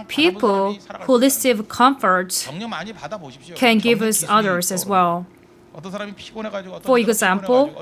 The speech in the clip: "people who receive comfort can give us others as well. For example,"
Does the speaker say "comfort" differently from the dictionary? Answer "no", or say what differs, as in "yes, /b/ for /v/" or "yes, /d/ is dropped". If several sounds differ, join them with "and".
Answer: no